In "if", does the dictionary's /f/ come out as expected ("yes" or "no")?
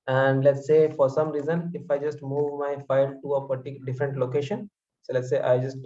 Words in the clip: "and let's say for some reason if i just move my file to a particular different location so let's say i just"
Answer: yes